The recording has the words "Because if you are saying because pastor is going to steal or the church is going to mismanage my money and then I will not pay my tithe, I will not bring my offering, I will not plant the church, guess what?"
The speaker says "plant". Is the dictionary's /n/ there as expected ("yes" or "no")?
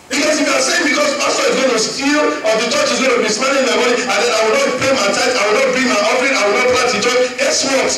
no